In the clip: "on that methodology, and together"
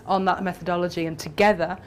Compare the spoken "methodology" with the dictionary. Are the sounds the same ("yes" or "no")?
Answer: yes